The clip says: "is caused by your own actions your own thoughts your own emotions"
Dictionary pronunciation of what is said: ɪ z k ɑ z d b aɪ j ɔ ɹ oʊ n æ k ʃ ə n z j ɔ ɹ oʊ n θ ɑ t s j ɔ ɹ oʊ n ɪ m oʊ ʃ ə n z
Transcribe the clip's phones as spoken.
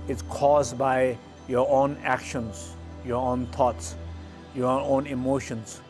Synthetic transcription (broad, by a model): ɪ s k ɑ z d b aɪ j ɔ ɹ oʊ n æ k ʃ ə n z j ɔ ɹ oʊ n t ɑ t s j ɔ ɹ oʊ n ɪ m oʊ ʃ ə n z